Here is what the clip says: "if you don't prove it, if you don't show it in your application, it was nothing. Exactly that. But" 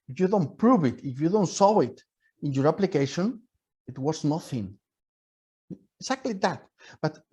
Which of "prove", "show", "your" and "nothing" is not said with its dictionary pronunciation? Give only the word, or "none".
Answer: show